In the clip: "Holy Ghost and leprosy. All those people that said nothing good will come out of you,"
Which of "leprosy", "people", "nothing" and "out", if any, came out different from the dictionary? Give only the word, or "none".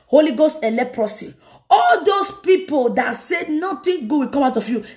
nothing